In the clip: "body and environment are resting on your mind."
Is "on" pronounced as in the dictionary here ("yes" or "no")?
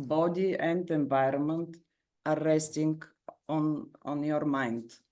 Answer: yes